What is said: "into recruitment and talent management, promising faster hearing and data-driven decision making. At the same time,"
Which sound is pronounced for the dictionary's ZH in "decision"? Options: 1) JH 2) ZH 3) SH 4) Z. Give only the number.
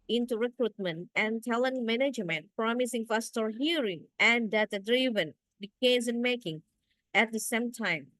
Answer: 4